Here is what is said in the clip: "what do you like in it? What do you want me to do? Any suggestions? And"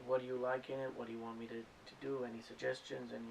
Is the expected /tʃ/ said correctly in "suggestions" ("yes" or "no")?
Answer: yes